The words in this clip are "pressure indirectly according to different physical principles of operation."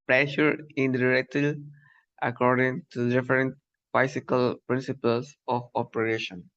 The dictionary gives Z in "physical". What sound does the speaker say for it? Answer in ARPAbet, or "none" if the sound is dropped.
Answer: S